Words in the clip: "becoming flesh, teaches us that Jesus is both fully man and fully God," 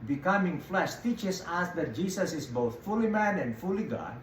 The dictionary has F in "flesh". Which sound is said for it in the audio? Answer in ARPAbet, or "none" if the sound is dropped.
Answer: F